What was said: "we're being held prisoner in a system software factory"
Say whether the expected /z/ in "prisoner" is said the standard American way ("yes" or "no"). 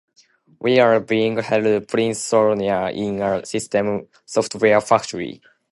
no